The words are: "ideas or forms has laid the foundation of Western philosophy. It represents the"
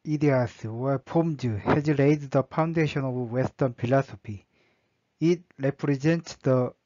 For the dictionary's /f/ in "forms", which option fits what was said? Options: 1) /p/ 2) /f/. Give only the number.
1